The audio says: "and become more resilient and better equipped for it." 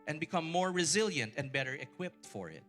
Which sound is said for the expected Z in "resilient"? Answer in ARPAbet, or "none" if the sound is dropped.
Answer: Z